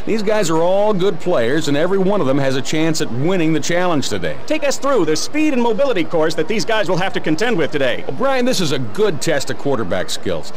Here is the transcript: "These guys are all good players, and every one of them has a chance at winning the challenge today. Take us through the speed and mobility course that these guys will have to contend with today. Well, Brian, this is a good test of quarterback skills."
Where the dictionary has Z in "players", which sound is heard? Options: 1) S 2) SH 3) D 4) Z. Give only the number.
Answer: 4